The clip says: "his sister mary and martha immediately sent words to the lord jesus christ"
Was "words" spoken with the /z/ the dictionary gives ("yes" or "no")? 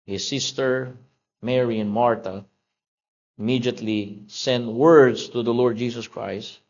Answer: no